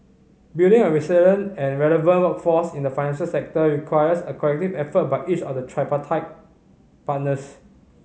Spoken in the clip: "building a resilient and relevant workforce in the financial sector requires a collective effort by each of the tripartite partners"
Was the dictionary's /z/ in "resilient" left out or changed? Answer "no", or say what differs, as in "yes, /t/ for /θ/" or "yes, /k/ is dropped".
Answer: yes, /s/ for /z/